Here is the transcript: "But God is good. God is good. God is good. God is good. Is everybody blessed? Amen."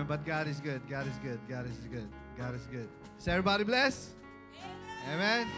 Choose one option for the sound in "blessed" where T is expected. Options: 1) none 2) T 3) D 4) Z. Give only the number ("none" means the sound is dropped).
1